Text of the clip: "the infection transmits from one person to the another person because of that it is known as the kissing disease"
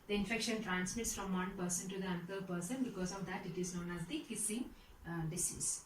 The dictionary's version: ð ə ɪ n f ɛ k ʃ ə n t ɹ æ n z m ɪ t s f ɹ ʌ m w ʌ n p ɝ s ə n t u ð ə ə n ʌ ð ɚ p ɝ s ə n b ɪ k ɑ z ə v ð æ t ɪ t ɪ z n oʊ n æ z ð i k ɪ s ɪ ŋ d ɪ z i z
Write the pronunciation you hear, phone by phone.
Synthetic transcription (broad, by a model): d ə ɪ n f ɛ k ʃ ə n t ɹ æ n s m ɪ t s f ɹ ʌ m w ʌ n p ɝ s ə n t u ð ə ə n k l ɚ p ɝ s ə n b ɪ k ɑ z ə v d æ t ɪ t ɪ z n oʊ n æ z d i k ɪ s ɪ ŋ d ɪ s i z